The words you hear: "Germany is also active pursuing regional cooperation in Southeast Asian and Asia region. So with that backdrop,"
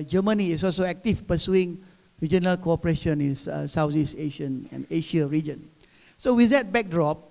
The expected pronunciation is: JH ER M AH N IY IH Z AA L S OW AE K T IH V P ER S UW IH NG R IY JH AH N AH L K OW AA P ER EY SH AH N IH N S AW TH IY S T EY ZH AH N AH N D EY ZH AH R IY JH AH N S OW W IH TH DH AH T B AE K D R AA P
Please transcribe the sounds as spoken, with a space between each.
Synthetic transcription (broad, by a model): JH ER M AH N IY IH S AA L S OW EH K T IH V P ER S UW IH NG R IY JH AH N AH L K OW AA P ER EY SH AH N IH N S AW S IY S EY SH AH N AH N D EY SH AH R IY JH AH N S OW W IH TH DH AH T B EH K D R AA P